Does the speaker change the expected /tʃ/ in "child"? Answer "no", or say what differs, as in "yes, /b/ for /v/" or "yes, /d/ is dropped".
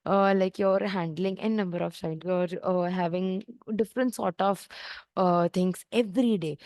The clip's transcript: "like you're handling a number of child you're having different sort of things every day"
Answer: yes, /ʃ/ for /tʃ/